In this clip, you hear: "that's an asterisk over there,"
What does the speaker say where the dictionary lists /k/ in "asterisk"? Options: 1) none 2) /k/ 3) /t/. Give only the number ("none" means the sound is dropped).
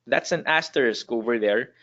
2